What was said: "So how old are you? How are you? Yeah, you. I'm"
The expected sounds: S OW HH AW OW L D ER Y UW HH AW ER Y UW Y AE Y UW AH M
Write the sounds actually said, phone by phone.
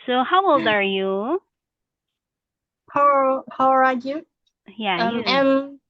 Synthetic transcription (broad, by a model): S OW HH AW OW L D ER Y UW HH AW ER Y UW Y AE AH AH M